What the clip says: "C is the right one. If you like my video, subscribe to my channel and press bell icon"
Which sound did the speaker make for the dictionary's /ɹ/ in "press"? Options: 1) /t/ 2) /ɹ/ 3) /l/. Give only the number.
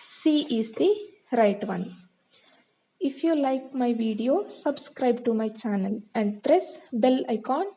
2